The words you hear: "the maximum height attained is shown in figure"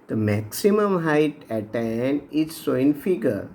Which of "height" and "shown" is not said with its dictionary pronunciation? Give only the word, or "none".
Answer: shown